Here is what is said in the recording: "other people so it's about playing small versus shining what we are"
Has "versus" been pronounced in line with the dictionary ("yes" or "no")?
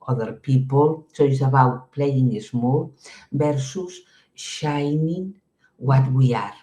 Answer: no